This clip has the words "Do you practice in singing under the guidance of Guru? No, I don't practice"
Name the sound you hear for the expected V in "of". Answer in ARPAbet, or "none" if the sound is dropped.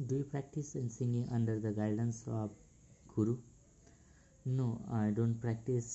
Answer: B